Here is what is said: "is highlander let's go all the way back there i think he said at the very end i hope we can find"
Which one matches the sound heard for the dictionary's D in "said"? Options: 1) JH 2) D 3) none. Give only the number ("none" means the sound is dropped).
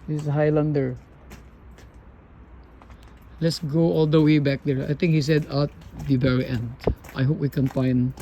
2